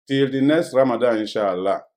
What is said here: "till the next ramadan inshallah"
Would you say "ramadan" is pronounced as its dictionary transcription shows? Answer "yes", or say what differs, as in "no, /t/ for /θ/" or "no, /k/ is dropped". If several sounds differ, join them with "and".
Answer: no, /n/ is dropped